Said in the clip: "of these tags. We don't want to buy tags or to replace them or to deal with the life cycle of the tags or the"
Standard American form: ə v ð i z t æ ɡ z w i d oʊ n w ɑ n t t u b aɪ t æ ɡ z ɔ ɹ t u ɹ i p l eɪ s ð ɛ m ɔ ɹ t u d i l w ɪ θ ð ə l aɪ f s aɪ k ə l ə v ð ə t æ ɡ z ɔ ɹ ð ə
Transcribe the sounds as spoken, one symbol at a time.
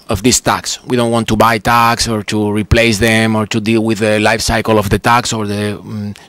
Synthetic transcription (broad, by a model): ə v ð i s t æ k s w i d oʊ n w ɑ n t t u b aɪ t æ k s ɔ ɹ t u ɹ i p l eɪ s ð ɛ m ɔ ɹ t u d i l w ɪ ð ə l aɪ f s aɪ k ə l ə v ð ə t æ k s ɔ ɹ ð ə